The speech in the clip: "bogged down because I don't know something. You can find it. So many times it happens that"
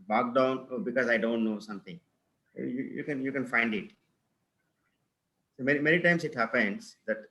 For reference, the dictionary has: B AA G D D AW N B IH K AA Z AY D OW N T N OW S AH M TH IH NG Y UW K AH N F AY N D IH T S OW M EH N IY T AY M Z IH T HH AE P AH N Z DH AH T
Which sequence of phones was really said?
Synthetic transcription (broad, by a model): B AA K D D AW N B IH K AA Z AY D OW N T N OW S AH M T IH NG Y UW K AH N F AY N D IH T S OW M EH N IY T AY M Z IH T HH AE P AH N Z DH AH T